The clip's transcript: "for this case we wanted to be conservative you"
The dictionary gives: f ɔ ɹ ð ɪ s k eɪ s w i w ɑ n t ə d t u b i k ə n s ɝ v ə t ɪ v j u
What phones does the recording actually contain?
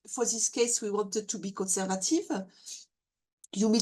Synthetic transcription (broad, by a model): f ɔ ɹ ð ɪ s k eɪ s w i w ɑ n t ə d t u b i k ə n s ɝ v ə t ɪ v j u